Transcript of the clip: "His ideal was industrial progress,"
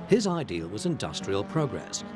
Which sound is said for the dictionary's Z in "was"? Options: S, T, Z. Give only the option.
Z